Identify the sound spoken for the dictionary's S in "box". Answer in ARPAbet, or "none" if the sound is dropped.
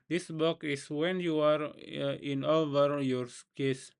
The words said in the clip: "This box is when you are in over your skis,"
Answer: none